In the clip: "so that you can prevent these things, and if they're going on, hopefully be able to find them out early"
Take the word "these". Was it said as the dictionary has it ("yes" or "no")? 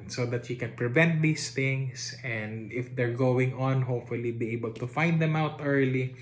no